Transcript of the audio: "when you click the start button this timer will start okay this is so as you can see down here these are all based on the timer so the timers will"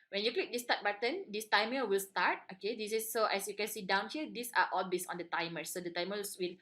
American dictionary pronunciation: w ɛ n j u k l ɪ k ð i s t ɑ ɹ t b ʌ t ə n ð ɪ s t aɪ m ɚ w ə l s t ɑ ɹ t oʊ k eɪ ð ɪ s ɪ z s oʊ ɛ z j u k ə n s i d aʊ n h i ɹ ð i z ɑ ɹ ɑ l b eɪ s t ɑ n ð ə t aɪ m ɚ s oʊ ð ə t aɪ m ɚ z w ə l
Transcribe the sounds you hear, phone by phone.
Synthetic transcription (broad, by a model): w ɛ n j u k l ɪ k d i s t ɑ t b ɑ t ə n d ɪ s t aɪ m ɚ w ə l s t ɑ ɹ t oʊ k eɪ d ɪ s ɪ s oʊ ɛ s j u k ə n s i d aʊ n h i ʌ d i s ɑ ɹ ɑ l b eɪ s ɑ n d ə t aɪ m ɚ s oʊ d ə t aɪ m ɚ s w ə l